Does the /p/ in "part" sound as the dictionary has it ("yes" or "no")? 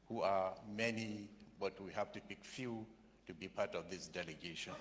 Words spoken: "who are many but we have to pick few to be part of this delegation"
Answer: yes